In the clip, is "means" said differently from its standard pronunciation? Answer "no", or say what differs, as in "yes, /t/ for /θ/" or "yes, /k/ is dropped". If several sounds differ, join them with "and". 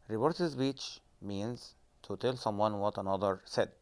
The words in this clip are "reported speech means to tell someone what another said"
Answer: no